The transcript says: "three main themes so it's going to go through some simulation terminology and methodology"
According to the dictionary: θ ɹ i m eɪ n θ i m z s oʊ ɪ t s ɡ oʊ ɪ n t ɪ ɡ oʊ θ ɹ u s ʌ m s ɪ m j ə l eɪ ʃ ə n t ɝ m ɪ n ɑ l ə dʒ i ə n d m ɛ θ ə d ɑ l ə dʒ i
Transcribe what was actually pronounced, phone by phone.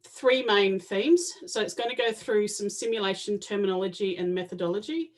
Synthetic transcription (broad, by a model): θ ɹ i m eɪ n θ i m z s oʊ ɪ t s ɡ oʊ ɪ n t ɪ ɡ oʊ θ ɹ u s ʌ m s ɪ m j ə l eɪ ʃ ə n t ɝ m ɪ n ɑ l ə dʒ i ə n m ɛ θ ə d ɑ l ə dʒ i